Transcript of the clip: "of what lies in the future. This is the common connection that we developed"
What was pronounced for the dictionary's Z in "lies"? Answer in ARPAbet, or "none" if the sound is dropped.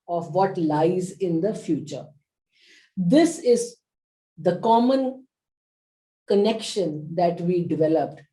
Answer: Z